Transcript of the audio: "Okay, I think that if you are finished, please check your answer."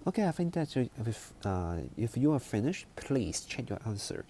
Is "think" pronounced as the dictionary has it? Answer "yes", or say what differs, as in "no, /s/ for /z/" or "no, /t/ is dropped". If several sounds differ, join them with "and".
no, /f/ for /θ/